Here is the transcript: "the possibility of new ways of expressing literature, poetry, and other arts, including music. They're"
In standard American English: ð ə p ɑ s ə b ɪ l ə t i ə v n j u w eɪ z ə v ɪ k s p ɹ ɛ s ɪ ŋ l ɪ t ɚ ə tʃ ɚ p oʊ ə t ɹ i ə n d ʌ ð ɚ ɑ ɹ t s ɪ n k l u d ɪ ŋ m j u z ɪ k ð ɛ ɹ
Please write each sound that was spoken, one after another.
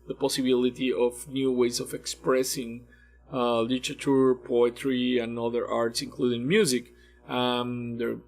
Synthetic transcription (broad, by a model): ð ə p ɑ s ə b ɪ l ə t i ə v n j u w eɪ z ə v ɪ k s p ɹ ɛ s ɪ ŋ l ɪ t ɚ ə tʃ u p oʊ ə t ɹ i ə n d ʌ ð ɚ ɑ ɹ t s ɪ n k l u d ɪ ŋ m j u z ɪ k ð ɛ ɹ